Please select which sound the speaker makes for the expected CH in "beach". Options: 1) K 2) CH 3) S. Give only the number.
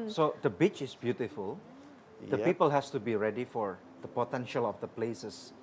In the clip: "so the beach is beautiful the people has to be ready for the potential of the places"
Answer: 2